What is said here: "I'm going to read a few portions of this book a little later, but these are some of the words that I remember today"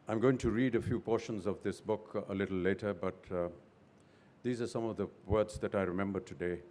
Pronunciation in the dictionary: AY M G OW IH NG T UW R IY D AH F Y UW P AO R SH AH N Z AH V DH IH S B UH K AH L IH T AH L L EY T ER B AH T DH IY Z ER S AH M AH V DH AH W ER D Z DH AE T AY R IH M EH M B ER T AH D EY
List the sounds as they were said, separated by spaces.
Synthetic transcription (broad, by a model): AY M G OW IH NG T UW R IY D AH F Y UW P AO R SH AH N Z AH V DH IH S B UH K AH L IH T L L EY T ER B AH T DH IY Z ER S AH M AH V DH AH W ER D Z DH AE T AY R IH M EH M B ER T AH D EY